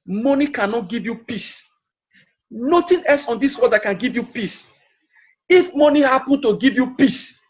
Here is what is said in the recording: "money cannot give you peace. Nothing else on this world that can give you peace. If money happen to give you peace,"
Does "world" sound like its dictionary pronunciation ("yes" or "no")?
no